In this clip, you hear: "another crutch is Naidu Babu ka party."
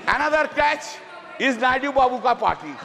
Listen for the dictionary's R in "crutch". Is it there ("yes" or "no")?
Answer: no